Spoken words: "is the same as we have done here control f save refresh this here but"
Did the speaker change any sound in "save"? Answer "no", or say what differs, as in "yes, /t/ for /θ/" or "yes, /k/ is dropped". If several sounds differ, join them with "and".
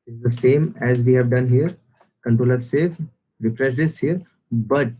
yes, /f/ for /v/